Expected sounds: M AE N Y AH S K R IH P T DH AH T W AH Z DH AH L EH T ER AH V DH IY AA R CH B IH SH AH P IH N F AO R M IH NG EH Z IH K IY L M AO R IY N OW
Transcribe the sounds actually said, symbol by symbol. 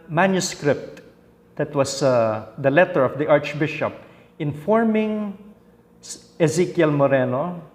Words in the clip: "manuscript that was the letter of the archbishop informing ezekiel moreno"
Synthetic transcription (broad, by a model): M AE N Y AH S K R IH P T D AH T W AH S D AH L EH T ER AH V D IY AA R CH B IH SH AH P IH N F AO R M IH NG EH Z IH K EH L M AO R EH N OW